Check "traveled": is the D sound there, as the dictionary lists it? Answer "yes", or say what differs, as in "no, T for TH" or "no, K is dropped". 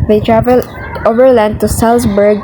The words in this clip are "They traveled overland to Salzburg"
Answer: no, D is dropped